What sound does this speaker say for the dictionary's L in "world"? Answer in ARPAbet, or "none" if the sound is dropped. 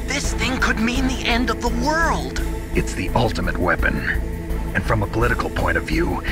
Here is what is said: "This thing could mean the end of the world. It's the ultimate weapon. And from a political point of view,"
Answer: L